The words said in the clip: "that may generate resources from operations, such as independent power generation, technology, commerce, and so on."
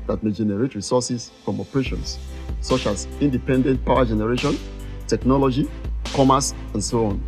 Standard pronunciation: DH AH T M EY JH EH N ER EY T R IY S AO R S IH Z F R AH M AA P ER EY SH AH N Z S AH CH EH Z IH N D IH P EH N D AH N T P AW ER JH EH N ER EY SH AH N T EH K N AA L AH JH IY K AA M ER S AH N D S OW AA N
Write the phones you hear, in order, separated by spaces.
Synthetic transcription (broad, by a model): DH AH T M EY JH EH N ER EY T R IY S AO S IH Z F R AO M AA P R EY SH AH N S S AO CH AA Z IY N D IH P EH N D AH N T P AW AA JH EH N ER EY SH AH N T EH K N AA L AH JH IY K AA M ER S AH N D S OW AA N